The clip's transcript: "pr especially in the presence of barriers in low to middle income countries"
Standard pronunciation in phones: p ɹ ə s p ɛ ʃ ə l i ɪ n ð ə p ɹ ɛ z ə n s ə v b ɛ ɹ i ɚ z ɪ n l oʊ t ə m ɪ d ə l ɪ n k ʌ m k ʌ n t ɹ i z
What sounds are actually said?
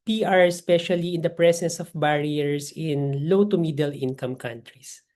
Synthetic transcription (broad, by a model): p ɹ ə s p ɛ ʃ ə l i ɪ n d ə p ɹ ɛ s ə n s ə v b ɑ ɹ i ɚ s ɪ n l oʊ t ə m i d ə l ɪ n k ʌ m k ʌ n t ɹ i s